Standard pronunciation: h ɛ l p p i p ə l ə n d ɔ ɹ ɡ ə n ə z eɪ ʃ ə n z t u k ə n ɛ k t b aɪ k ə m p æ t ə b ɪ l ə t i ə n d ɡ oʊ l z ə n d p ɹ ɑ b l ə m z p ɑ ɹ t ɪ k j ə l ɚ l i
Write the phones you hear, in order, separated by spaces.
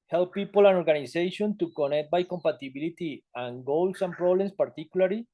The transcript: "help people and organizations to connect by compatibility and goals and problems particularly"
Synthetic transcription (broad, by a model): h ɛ l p p i p ə l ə n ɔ ɹ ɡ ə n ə s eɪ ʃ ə n t u k ə n ɛ k t b aɪ k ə m p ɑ t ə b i l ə t i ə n ɡ oʊ l s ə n p ɹ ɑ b l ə m s p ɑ ɹ t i k j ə l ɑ l i